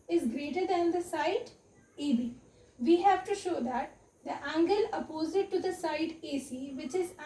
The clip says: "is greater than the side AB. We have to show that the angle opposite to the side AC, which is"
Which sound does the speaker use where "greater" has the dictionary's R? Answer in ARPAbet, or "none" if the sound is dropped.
R